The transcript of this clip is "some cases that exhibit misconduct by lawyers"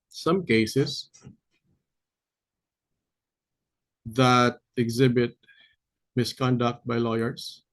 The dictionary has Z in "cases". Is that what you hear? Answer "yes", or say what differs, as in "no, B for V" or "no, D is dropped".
no, S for Z